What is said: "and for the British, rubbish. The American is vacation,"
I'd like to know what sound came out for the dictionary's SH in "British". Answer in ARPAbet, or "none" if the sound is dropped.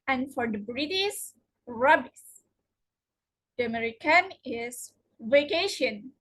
S